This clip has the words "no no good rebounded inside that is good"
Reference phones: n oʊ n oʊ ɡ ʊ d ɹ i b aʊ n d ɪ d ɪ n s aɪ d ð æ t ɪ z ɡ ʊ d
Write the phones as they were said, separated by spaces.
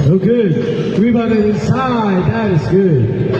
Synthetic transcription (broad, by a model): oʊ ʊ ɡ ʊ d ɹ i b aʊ d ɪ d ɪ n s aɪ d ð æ t ɪ z ɡ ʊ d